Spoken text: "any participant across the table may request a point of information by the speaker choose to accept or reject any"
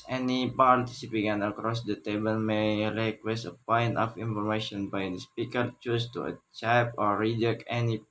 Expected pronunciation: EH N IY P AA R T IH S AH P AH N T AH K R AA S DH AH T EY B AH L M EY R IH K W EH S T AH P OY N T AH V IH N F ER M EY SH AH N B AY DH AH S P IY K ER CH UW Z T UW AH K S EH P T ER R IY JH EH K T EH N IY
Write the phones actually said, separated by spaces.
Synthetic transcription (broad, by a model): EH N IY P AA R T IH S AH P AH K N AH K R AA S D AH T EY B AH L M EY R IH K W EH S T AH P OY N T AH F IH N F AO M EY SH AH N B AY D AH S P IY K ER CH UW S T UW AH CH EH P AO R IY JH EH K EH N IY